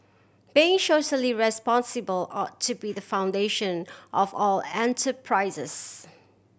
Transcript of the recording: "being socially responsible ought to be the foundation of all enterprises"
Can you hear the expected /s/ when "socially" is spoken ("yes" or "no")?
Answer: no